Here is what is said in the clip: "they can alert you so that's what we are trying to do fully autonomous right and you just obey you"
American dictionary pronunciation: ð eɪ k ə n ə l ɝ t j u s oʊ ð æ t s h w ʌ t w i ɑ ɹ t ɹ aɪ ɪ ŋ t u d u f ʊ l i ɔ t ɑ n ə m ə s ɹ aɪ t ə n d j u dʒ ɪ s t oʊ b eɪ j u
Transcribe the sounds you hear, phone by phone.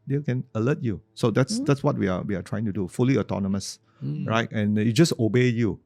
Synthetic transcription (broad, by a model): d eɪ k ə n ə l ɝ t j u s oʊ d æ t s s w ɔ t w i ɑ w t ɹ aɪ ɪ ŋ t u d u f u l i ɔ t ɑ n ə m ə s ɹ aɪ t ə n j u dʒ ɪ s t oʊ b eɪ j u